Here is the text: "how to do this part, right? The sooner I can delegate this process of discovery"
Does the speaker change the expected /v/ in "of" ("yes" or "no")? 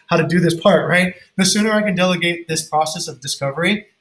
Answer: no